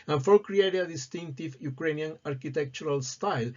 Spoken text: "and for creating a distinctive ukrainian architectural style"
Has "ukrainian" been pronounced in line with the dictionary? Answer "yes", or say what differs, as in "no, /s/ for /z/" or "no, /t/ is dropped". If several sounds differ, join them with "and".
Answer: yes